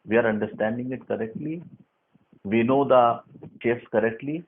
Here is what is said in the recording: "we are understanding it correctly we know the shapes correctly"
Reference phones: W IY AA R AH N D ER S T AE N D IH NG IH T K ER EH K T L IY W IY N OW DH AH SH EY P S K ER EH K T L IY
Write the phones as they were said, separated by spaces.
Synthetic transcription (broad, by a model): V IY AA R AH N D ER S T AE N D IH NG IH T K ER EH K T L IY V IY N OW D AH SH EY F S K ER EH K T L IY